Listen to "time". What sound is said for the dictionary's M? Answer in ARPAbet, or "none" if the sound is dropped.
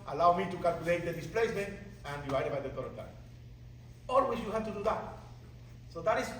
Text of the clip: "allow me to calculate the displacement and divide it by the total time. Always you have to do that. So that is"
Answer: none